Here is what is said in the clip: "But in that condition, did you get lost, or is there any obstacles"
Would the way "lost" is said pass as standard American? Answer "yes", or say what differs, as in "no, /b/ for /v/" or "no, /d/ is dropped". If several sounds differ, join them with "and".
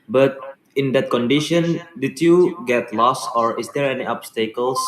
no, /t/ is dropped